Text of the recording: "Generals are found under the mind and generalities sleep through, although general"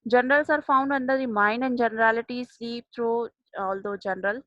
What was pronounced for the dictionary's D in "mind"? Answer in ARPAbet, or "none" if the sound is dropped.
none